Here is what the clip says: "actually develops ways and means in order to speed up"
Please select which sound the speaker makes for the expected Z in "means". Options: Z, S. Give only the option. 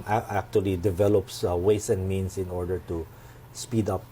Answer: S